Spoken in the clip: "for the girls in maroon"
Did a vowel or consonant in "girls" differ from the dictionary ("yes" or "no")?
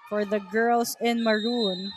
yes